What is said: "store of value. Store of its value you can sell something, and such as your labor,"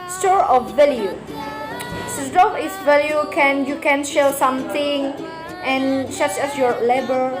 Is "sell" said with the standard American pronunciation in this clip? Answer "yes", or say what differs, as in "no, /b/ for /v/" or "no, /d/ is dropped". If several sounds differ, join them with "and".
no, /ʃ/ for /s/